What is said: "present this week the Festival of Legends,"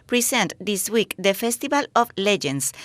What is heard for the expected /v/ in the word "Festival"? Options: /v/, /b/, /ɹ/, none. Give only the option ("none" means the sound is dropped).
/b/